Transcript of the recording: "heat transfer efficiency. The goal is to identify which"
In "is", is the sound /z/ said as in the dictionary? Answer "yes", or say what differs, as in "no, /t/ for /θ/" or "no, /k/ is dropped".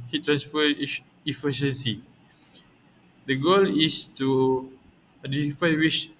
no, /s/ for /z/